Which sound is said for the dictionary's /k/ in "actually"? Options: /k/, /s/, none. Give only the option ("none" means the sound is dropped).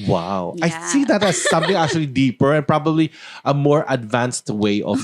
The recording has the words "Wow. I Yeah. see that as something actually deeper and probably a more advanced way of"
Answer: /k/